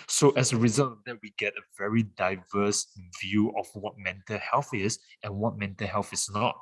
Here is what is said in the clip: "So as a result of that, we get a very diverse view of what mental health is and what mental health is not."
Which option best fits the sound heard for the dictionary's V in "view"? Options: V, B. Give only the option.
V